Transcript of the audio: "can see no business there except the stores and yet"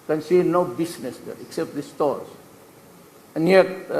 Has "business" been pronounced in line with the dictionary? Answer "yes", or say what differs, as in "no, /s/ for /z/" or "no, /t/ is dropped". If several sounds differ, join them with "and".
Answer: no, /s/ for /z/